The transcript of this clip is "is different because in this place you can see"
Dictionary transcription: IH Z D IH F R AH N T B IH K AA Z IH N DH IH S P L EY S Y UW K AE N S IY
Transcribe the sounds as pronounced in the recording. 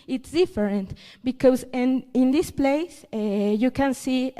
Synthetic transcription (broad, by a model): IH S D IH F R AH N T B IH K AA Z IH N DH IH S P L EY S Y UW K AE N S IY